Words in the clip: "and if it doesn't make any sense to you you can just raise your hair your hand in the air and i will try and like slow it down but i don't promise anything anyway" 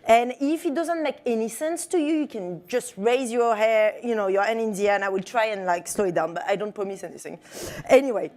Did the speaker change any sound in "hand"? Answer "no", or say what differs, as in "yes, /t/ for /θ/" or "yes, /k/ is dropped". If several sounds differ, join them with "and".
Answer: yes, /d/ is dropped